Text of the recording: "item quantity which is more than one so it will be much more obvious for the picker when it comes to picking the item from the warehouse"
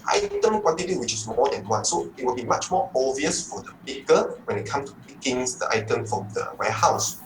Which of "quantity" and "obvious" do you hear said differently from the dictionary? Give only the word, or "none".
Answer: obvious